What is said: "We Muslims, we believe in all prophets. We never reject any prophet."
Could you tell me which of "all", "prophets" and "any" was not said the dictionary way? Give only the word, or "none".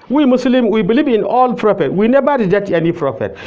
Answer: prophets